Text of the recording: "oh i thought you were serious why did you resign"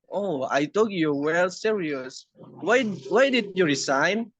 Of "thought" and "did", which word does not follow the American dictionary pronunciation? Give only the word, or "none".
thought